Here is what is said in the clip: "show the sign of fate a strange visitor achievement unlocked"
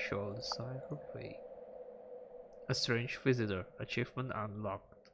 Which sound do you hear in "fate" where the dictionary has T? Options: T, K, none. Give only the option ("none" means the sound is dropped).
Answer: none